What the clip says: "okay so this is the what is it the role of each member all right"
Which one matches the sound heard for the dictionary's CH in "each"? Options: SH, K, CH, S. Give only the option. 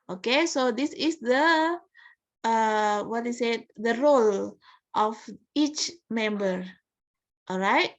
CH